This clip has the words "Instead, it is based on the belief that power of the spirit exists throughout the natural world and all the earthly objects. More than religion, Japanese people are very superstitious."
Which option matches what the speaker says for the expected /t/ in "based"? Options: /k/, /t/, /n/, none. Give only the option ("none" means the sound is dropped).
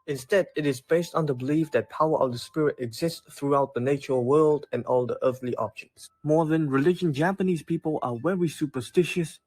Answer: /t/